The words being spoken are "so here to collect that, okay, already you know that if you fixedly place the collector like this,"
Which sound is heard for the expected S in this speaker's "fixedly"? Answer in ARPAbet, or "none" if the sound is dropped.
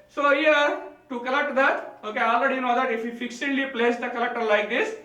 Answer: SH